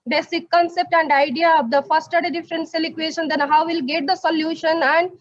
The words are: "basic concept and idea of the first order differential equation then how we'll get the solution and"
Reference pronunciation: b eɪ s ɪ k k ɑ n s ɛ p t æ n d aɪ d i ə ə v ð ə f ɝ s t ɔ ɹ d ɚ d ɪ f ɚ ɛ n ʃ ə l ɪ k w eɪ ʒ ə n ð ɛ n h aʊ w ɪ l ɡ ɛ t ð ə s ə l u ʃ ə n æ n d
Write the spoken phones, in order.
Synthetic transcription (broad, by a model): b eɪ s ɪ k k ɑ n s ɛ p t æ n d aɪ d i ə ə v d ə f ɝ s t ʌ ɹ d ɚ d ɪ f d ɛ n s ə l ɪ k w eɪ ʃ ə n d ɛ n h aʊ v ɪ l ɡ ɛ t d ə s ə l u ʃ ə n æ n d